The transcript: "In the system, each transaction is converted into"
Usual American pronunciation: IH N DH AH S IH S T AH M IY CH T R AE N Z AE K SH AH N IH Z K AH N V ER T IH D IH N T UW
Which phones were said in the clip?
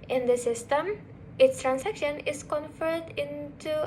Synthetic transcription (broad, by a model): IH N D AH S IH S T AH M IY S T R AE N S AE K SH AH N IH S K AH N F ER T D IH N T UW